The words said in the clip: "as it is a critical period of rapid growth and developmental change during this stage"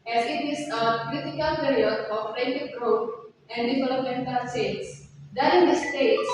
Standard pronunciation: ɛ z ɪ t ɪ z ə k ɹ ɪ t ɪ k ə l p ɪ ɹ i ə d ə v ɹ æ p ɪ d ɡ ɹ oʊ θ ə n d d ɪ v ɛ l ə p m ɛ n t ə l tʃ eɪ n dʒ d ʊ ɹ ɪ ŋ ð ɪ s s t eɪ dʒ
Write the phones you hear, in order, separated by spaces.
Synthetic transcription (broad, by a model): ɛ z ɪ t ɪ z ə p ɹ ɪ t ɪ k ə l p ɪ ɹ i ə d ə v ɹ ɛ ɪ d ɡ ɹ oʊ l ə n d d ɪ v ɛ l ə p m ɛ n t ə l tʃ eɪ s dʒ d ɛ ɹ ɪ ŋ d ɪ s s t eɪ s